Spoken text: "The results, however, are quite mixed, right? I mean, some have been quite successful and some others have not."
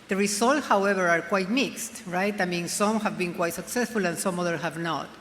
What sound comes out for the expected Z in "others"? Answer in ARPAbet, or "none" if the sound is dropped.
none